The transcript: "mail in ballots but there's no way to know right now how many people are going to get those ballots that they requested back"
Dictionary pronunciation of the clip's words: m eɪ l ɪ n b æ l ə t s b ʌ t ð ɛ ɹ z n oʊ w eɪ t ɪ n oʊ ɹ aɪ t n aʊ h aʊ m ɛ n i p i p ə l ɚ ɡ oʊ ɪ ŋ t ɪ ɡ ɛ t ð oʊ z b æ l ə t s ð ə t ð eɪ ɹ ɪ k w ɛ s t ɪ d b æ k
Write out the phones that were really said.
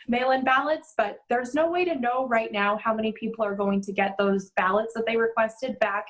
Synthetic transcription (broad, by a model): m eɪ l ɪ n b æ l ə t s b ʌ t ð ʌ ɹ z n oʊ w eɪ t ɪ n oʊ ɹ aɪ t n aʊ h aʊ m ɛ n i p i p l ɚ ɡ oʊ ɪ ŋ t ɪ ɡ ɛ t ð oʊ z b æ l ə t s ð ə t ð eɪ ɹ ɪ k w ɛ s t ɪ d b æ k